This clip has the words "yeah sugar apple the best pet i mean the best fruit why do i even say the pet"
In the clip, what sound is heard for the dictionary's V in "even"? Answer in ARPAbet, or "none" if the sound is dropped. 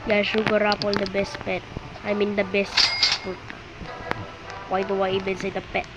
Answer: B